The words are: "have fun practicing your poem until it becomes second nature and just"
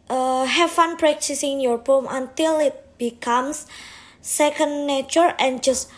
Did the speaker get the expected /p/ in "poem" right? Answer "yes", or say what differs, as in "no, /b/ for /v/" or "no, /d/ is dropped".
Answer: no, /b/ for /p/